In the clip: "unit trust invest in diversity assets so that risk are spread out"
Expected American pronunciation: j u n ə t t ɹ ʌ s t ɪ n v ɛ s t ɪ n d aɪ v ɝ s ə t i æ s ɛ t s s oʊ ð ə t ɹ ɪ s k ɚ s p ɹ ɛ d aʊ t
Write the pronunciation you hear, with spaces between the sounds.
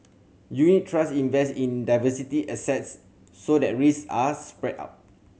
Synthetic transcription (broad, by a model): j u n ə t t ɹ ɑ s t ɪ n v ɛ s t ɪ n d aɪ v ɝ s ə t i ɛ s ɛ t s s oʊ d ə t ɹ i s ɑ s p ɹ ɛ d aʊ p